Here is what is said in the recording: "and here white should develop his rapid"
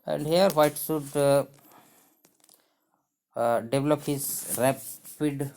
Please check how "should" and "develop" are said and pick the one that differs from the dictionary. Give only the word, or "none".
should